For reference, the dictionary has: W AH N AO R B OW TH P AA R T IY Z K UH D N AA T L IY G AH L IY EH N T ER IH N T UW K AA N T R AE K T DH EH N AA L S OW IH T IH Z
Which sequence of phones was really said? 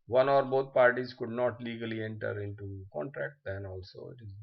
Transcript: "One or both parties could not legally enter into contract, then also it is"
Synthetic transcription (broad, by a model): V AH N AO R B OW T P AA R T IY Z K UH D N AA T L IY G AH L IY EH N T ER IH N T UW K AA N T R AE K T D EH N AA L S OW IH T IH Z